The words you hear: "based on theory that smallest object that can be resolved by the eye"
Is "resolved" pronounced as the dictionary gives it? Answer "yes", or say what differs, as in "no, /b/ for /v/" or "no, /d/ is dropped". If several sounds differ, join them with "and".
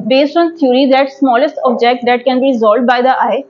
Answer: no, /v/ is dropped